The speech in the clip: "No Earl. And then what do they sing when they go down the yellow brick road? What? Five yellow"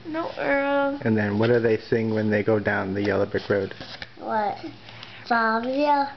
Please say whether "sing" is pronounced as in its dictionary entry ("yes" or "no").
yes